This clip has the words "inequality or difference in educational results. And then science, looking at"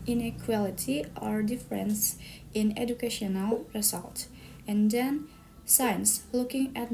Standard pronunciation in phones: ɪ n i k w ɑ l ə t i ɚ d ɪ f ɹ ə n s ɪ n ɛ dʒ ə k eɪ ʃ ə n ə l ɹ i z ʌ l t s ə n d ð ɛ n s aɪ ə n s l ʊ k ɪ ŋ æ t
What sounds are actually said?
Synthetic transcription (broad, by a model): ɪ n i k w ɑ l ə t i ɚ d ɪ f ɹ ə n s ɪ n ɛ dʒ ə k eɪ ʃ ə n ə l ɹ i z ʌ l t ə n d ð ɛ n s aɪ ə n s l ʊ k ɪ ŋ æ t